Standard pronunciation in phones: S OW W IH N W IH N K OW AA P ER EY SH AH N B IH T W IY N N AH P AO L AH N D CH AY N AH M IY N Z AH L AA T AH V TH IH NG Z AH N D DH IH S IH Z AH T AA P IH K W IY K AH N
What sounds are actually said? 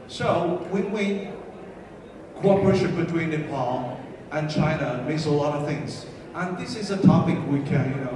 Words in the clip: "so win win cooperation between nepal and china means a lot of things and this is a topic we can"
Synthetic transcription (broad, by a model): S OW W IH N W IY K OW AA P ER EY SH AH N B IH T W IY N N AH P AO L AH N CH AY N AH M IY Z AH L AA T AH V TH IH NG Z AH N DH IH S IH Z AH T AA P IH K W IY K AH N